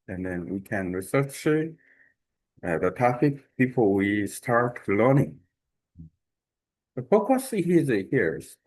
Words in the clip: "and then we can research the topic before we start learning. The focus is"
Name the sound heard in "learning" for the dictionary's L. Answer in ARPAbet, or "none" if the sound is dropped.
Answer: L